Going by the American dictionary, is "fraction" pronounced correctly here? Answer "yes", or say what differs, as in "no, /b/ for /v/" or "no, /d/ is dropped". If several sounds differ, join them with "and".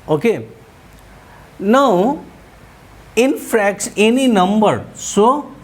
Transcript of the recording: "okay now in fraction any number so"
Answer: no, /s/ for /ʃ/